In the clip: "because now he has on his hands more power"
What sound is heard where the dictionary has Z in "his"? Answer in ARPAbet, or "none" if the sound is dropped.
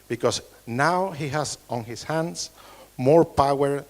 S